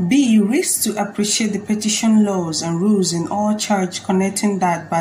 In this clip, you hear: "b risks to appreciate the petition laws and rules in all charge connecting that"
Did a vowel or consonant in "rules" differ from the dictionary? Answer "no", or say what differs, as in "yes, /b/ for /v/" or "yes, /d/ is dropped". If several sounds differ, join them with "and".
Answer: no